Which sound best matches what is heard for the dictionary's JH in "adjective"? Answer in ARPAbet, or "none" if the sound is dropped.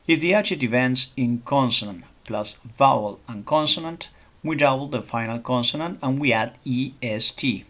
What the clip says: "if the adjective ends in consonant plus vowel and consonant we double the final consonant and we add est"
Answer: CH